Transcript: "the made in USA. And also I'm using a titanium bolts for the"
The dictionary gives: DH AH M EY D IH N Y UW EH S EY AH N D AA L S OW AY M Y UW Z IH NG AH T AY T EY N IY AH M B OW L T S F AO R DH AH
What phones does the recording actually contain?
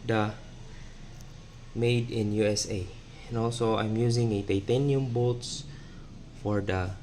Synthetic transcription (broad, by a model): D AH M EY D IH N Y UW EH S EY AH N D AA L S OW AY M Y UW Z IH NG AH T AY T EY N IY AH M B OW T S F AO R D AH